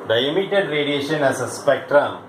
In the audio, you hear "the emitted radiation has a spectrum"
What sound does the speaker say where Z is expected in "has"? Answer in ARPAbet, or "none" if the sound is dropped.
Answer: S